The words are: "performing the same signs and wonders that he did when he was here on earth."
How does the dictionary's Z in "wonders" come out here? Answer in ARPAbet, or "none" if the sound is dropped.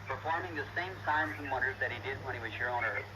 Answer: Z